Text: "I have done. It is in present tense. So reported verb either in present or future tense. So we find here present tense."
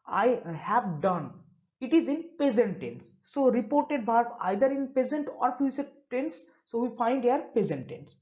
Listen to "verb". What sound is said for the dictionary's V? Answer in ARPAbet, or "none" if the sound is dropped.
B